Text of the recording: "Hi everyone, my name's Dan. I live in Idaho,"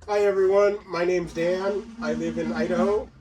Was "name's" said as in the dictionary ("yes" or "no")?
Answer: yes